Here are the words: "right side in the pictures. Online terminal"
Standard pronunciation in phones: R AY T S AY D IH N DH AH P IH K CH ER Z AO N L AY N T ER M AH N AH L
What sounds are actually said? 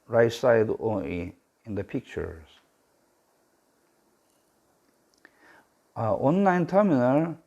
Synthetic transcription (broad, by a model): R AY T S AY D IH N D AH P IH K CH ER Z AO N L AY N T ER M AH N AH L